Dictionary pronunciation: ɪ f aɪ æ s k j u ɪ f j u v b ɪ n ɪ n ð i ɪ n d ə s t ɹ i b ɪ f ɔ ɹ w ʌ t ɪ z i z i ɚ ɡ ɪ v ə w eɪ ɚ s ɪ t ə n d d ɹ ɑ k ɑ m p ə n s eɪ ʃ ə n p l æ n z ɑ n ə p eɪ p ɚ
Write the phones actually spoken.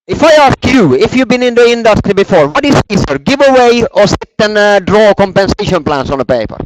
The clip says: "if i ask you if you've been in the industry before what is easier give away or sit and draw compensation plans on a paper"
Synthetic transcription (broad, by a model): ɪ f aɪ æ s k j u ɪ f j u v b ɪ n ɪ n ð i ɪ n d ə s t ɹ i b ɪ f ɔ ɹ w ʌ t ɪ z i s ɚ ɡ ɪ v ə w eɪ ɚ s ɪ t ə n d d ɹ ɑ k ɑ m p ə n s eɪ ʃ ə n p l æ n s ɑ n ə p eɪ p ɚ